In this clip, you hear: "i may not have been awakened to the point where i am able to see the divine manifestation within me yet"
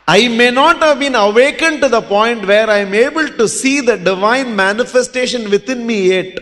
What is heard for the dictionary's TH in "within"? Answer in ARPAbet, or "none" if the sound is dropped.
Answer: T